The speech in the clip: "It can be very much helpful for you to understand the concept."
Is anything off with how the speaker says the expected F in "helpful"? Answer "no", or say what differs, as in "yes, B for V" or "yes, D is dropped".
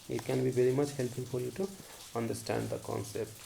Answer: yes, F is dropped